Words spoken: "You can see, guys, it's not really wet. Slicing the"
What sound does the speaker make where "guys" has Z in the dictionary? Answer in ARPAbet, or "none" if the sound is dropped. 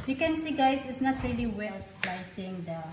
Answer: S